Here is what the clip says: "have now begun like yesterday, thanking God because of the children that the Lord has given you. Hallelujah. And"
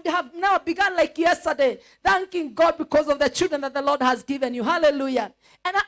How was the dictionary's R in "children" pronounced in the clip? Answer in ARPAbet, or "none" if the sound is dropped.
R